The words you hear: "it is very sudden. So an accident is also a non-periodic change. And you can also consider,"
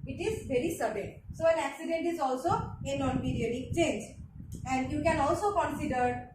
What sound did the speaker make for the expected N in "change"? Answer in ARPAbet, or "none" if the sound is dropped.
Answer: N